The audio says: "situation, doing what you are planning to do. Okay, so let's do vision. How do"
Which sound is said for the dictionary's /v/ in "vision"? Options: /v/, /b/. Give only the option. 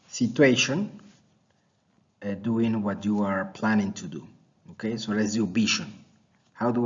/b/